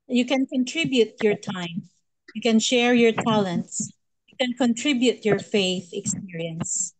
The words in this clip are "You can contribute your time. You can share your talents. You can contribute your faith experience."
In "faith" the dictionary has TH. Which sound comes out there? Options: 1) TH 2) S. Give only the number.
1